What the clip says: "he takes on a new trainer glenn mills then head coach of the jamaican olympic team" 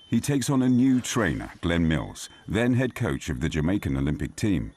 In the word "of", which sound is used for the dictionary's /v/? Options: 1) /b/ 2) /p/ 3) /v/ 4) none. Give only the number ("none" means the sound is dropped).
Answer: 3